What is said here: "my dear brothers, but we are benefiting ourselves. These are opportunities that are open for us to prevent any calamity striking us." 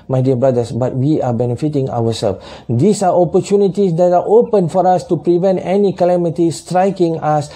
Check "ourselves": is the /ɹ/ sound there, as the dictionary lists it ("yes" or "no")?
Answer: no